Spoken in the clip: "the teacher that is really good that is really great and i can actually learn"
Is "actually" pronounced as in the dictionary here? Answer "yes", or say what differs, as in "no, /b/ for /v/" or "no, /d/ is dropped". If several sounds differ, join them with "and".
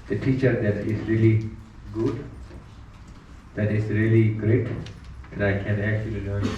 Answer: no, /l/ is dropped